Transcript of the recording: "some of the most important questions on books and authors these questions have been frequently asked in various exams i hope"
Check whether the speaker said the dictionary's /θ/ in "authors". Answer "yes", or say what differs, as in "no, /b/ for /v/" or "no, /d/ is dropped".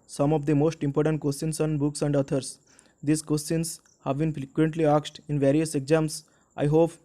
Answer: no, /t/ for /θ/